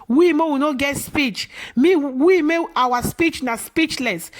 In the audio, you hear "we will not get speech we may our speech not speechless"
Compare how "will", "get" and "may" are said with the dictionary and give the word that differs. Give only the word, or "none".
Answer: will